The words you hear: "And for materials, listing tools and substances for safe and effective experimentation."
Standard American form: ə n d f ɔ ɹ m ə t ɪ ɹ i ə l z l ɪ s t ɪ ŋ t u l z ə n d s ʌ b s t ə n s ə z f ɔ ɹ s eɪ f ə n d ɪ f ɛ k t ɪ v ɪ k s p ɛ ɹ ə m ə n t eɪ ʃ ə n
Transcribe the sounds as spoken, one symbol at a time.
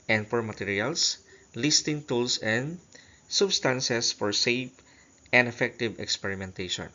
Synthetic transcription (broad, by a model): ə n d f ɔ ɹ m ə t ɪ ɹ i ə l s l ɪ s t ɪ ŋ t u l s ə n d s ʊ b s t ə n s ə s f ɔ ɹ s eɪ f ə n d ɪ f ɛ k t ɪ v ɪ k s p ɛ ɹ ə m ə n t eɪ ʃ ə n